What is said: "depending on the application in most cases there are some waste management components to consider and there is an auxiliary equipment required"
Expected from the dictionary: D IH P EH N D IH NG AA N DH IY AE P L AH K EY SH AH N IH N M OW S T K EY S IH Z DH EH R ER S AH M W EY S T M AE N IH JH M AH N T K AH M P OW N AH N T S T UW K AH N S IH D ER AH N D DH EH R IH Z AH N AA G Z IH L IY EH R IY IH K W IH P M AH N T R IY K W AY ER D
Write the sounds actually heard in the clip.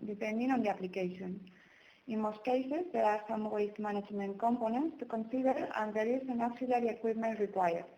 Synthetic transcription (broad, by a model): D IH P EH N D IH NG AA N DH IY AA P L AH K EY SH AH N IH N M OW S T K EY S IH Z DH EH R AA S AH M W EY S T M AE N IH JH M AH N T K AH M P OW N AH N T S T UW K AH N S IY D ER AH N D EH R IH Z AH N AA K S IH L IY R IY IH K W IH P M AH N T R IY K W AY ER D